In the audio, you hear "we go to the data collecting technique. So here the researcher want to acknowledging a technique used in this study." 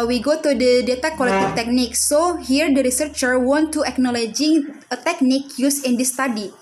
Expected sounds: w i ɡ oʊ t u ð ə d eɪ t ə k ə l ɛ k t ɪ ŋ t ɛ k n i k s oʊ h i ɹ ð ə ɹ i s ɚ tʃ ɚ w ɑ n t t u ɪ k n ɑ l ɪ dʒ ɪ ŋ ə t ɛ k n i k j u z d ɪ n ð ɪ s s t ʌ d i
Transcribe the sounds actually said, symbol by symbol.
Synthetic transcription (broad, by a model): w i ɡ oʊ t u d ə d eɪ t ə k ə l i t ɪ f t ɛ k n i k s oʊ h i ɹ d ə ɹ i s ɚ tʃ ɚ w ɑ n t t u ɪ k n ɑ l ɪ dʒ ɪ ŋ ə t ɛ k n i k j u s ɪ n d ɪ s s t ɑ d i